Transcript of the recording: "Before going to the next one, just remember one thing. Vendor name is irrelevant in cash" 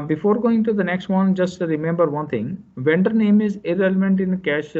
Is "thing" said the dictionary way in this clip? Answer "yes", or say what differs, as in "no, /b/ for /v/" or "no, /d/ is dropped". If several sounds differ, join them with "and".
no, /t/ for /θ/